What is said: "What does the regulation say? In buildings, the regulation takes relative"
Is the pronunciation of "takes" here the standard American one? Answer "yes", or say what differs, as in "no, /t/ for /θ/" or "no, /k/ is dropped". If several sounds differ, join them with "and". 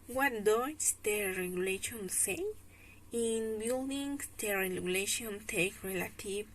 no, /s/ is dropped